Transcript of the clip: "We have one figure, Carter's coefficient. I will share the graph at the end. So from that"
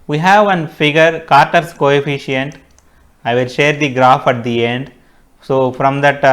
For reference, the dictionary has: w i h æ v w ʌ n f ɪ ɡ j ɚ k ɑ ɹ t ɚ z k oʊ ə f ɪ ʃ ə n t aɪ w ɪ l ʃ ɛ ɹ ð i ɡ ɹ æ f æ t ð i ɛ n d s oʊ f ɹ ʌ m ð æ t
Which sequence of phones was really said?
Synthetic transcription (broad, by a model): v i h æ v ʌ n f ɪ ɡ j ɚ k ɑ ɹ t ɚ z k oʊ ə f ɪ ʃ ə n t aɪ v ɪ l ʃ ɛ ɹ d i ɡ ɹ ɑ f æ t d i ɛ n d s oʊ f ɹ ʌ m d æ t